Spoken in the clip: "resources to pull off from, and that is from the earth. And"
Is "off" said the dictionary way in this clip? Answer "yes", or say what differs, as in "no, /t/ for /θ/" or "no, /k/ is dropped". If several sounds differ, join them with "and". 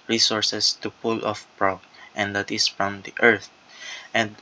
yes